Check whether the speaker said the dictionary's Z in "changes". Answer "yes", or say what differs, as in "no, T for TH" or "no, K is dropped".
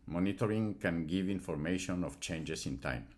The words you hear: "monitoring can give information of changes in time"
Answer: no, S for Z